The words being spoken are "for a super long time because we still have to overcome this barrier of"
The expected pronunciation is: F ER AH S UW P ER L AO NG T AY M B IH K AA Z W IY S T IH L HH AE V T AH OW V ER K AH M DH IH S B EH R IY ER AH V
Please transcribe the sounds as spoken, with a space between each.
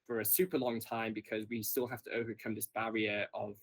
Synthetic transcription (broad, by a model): F ER AH S UW P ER L AO NG T AY M B IH K AA Z W IY S T IH L HH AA F T AH OW V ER K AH M DH IH S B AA R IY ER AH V